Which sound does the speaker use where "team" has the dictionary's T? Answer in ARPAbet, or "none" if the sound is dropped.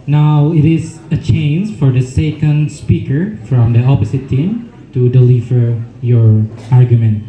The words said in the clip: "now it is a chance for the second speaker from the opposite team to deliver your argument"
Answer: T